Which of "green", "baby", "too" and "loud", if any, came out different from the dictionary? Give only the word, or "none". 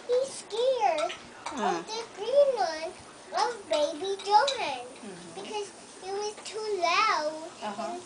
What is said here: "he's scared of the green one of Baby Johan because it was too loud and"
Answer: loud